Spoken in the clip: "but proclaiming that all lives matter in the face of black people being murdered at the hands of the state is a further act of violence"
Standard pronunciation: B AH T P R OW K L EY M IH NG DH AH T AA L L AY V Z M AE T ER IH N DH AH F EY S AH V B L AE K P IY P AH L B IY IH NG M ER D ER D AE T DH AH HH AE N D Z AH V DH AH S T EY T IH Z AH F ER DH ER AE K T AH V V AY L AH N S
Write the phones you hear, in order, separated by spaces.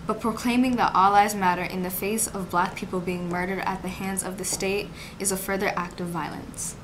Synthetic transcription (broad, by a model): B AH T P R OW K L EY M IH NG DH AH T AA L L AY Z M AE T ER IH N DH AH F EY S AH V B L AE K P IY P L B IY IH NG M ER D ER D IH T DH AH HH AE N D Z AH V DH AH S T EY T IH Z AH F ER DH ER AE K T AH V V AY L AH N S